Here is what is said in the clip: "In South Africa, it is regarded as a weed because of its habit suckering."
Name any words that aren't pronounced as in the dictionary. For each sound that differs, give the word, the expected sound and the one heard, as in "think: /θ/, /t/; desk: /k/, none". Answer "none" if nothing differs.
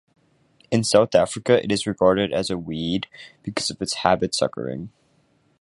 none